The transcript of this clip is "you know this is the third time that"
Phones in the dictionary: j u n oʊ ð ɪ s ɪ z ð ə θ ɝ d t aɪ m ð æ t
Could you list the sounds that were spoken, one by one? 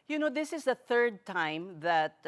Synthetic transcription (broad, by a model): j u n oʊ ð ɪ s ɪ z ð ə θ ɝ d t aɪ m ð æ t